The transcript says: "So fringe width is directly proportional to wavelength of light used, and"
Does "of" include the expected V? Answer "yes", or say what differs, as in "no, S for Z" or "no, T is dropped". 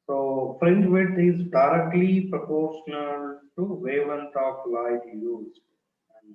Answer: no, P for V